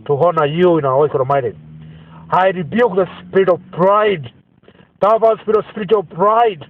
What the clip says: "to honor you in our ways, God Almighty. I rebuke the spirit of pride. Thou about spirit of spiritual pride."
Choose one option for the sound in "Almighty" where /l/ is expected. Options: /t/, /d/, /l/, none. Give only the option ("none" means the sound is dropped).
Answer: none